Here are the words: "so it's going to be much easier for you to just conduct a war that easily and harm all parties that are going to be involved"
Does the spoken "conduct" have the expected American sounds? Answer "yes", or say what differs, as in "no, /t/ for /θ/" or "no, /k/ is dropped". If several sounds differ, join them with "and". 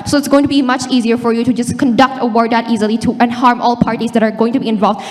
yes